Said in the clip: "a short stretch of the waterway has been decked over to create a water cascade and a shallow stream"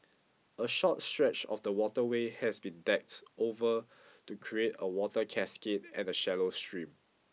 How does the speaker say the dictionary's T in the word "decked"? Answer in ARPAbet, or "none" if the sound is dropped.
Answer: T